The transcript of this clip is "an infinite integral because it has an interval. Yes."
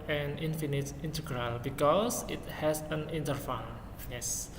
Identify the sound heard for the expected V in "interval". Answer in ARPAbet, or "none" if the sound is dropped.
F